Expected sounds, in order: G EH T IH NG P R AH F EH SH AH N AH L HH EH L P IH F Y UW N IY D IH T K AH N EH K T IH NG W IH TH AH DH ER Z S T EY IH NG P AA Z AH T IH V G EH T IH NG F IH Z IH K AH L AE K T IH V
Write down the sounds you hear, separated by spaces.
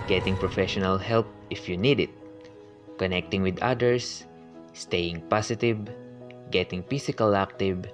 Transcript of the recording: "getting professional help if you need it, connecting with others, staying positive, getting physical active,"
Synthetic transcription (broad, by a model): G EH T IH NG P R AH F EH SH AH N AH L HH EH L P IH F Y UW N IY D IH T K AH N EH K T IH NG W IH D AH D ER S T EY IH NG P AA S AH T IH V G EH T IH NG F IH S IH K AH L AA K T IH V